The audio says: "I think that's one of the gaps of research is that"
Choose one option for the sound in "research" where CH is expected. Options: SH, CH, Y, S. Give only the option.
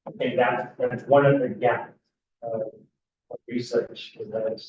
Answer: CH